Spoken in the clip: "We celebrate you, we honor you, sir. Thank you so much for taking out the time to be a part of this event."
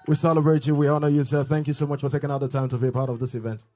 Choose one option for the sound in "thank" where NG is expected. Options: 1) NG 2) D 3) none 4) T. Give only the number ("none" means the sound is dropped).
1